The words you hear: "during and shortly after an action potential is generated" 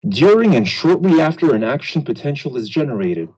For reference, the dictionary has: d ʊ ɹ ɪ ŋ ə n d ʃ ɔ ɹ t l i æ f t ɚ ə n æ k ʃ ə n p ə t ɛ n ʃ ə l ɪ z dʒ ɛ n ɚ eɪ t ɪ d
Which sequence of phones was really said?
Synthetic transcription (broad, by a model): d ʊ ɹ ɪ ŋ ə n ʃ ɔ ɹ t l i æ f t ɚ ə n æ k ʃ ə n p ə t ɛ n ʃ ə l ɪ z dʒ ɛ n ɚ eɪ t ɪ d